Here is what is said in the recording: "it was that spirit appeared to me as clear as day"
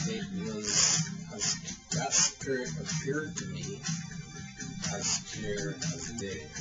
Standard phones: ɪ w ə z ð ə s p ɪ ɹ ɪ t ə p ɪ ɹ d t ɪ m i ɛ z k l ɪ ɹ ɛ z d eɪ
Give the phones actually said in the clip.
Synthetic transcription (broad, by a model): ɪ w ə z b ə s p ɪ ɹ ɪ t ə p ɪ ɹ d t ɪ m i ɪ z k ɪ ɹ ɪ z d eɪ